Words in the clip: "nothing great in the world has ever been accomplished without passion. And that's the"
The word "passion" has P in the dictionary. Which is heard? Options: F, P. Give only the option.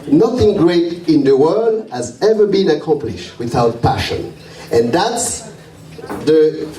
P